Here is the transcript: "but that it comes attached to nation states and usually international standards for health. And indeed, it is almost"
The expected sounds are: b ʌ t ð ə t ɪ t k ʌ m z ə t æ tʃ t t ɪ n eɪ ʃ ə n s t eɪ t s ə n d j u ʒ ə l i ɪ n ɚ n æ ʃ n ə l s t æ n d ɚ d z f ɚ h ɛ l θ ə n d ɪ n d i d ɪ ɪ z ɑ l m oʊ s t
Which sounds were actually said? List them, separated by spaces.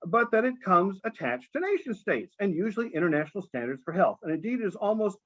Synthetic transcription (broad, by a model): b ʌ t ð ə t ɪ t k ʌ m z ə t æ tʃ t t ɪ n eɪ ʃ ə n s t eɪ t s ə n j u ʒ l i ɪ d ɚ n æ ʃ n l s t æ n d ɚ d z f ɚ h ɛ l θ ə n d ɪ n d i d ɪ ɪ z ɑ l m oʊ s t